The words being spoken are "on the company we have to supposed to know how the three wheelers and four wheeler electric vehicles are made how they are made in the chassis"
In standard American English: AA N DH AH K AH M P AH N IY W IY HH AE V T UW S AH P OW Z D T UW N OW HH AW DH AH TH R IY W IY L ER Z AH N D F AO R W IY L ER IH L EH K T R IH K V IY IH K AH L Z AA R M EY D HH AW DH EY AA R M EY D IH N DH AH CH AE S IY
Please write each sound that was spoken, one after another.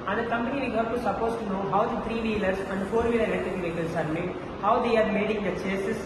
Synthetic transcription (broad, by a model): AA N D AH K AH M P AH N IY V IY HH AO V T UW S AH P OW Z T UW N OW HH AW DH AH T R IY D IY L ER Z AH N D F AO R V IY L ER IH EH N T IH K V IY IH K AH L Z AA R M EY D HH AW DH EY AA R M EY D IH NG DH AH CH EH S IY